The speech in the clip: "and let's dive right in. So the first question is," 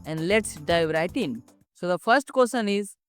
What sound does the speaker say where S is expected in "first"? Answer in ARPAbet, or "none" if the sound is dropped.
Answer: S